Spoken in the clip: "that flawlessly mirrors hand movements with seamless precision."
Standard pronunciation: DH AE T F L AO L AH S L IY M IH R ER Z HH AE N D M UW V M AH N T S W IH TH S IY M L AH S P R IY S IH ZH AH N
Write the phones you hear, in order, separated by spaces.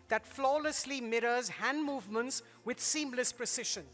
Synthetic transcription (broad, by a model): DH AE T F L AO L AH S L IY M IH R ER Z HH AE N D M UW V M AH N T S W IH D S IY M L AH S P R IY S IH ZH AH N